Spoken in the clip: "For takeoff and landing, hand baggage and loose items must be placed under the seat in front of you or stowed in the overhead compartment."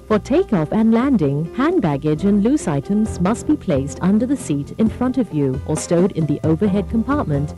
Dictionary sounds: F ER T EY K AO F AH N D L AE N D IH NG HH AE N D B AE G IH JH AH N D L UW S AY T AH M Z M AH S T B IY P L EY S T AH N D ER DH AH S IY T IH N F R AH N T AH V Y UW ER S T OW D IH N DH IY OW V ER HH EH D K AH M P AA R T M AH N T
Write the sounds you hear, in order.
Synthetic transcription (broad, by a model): F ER T EY K AO F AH N L AE N D IH NG HH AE N B AE G IH JH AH N L UW S AY T AH M Z M AH S T B IY P L EY S T AH N D ER DH AH S IY T IH N F R AH N T AH V Y UW ER S T OW D IH N DH IY OW V ER HH EH D K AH M P AA R T M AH N T